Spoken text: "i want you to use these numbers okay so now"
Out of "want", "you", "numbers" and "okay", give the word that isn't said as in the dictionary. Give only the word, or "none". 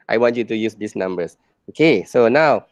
numbers